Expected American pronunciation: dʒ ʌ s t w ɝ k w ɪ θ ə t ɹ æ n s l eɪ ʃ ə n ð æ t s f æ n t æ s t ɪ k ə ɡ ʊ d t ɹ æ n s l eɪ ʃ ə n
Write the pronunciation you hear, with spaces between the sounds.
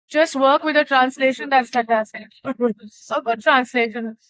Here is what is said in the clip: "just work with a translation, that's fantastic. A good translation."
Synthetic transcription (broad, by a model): dʒ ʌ s t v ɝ k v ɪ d ə t ɹ æ n s l eɪ ʃ ə n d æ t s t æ t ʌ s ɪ ə ɡ ʊ d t ɹ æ n s l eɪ ʃ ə n